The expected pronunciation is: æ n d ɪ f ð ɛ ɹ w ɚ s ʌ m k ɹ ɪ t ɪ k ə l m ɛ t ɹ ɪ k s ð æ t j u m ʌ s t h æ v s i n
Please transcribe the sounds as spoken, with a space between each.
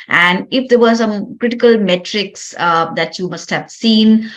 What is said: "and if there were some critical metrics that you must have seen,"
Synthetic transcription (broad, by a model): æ n d ɪ f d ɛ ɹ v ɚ s ʌ m k ɹ ɪ t ɪ k ə l m ɛ t ɹ ɪ k s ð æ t j u m ʌ s t h æ v s i n